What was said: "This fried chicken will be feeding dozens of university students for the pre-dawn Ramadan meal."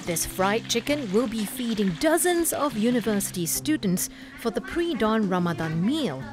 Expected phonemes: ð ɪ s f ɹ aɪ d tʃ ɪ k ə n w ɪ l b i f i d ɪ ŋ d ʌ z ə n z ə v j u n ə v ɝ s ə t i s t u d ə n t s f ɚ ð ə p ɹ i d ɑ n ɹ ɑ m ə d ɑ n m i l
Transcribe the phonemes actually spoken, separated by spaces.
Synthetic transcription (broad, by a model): ð ɪ s f ɹ aɪ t tʃ ɪ k ə n w ɪ l b i f i d ɪ ŋ d ʌ z ə n z ə v j u n ə v ɝ s ə t i s t u d n t s f ɚ ð ə p ɹ i d ɑ n ɹ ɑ m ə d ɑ n m i l